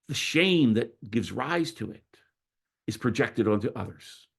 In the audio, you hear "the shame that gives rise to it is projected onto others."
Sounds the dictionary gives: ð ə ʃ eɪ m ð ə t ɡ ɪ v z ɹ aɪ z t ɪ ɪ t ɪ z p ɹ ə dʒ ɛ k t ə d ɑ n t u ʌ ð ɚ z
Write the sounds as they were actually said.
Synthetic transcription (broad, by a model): ð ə ʃ eɪ m ð ə t ɡ ɪ v z ɹ aɪ z t ɪ ɪ t ɪ z p ɹ ə dʒ ɛ k t ə d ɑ n t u ʌ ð ɚ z